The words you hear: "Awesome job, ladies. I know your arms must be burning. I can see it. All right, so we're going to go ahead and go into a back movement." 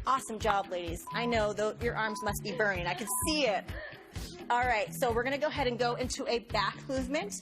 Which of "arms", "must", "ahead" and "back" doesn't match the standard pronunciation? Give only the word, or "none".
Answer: none